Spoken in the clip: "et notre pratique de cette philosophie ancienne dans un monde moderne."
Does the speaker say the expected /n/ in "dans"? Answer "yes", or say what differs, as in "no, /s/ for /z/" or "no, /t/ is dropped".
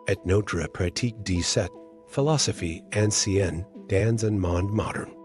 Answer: yes